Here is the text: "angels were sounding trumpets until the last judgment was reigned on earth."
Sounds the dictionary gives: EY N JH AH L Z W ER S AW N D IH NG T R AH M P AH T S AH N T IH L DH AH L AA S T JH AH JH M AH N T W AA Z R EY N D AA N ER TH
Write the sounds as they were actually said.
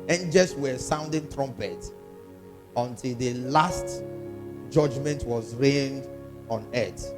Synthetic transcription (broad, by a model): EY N JH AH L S W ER S AW N D IH NG T R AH M P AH T AH N T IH L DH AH L AA S T JH AH JH M AH N T W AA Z R EY N D AA N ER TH